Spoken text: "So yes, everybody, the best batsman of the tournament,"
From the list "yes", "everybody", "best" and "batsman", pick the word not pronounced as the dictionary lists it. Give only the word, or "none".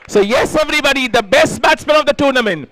batsman